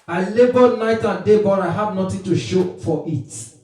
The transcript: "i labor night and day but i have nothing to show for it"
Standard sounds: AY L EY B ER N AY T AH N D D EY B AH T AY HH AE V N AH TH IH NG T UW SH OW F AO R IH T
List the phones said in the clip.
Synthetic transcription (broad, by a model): AY L EY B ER N AY T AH N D D EY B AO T AY HH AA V N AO T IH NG T UW SH OW F AO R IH T